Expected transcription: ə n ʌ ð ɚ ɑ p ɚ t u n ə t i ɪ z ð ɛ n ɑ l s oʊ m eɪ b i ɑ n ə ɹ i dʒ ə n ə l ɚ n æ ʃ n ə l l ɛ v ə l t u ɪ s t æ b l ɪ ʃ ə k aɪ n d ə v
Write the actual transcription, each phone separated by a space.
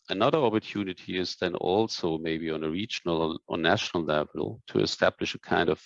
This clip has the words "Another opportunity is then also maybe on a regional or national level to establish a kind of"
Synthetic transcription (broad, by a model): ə n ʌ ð ɚ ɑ p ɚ t u n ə t i ɪ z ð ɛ n ɑ l s oʊ m eɪ b i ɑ n ə ɹ i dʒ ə n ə l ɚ n æ ʃ n ə l l ɛ v ə l t u ɪ s t æ b l ɪ ʃ ə k aɪ n d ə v